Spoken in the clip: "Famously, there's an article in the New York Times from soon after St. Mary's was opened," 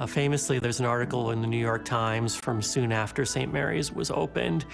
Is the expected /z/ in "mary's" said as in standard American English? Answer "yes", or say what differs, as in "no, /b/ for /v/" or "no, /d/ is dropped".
yes